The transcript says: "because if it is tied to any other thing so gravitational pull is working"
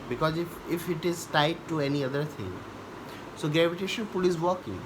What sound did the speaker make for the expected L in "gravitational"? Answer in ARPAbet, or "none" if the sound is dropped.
N